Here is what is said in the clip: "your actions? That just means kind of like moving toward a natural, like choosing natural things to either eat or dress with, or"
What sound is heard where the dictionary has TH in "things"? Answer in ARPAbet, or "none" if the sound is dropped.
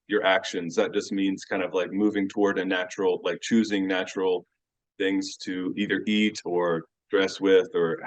TH